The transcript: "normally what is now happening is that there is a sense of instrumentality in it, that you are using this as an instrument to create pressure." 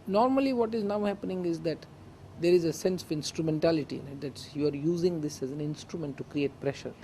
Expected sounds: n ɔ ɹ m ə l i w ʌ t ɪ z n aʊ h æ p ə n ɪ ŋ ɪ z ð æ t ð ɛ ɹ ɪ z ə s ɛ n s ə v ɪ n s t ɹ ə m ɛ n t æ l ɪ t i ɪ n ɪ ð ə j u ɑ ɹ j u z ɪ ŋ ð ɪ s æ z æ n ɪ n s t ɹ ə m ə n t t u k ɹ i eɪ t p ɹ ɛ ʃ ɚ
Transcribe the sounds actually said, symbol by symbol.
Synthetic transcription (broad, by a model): n ɔ ɹ m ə l i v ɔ t ɪ z n aʊ h æ p ə n ɪ ŋ ɪ z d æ t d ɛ ɹ ɪ z ə s ɛ n s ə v ɪ n s t ɹ ə m ɛ n t æ l ɪ t i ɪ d ɪ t j u ɑ ɹ j u z ɪ ŋ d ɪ s æ z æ n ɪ n s t ɹ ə m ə n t t u k ɹ i eɪ t p ɹ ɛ ʃ ɚ